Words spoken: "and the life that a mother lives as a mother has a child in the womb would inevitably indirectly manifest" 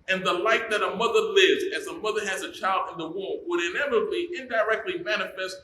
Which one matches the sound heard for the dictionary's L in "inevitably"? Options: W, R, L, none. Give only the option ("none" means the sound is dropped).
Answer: none